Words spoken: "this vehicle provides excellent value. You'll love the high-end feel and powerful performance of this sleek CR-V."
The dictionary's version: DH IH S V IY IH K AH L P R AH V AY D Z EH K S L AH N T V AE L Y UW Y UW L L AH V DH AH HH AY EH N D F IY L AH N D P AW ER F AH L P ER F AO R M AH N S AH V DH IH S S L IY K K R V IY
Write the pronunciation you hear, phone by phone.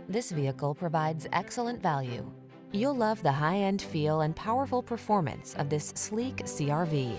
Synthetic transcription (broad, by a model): DH IH S V IY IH K L P R AH V AY D Z EH K S L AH N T V AE L Y UW Y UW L L AH V DH AH HH AY EH N D F IY L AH N P AW ER F L P ER F AO R M AH N S AH V DH IH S S L IY K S R V IY